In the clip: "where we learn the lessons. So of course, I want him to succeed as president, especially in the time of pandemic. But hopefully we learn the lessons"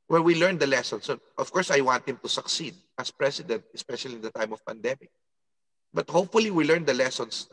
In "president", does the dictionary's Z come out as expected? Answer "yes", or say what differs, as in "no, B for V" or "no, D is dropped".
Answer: no, S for Z